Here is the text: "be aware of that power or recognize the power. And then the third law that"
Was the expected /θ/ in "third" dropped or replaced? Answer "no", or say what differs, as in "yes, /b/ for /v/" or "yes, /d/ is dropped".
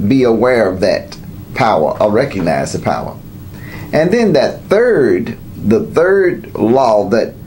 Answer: no